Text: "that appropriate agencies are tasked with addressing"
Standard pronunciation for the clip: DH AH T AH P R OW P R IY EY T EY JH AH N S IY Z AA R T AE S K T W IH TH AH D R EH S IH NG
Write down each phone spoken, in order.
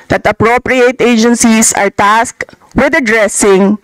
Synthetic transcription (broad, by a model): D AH T AH P R OW P R IY EY T EY JH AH N S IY S AA R T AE S K W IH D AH D R EH S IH NG